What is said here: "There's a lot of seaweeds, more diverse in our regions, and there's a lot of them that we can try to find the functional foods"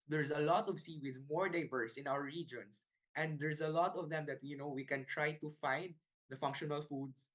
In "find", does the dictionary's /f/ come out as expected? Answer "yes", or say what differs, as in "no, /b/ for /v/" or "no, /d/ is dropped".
yes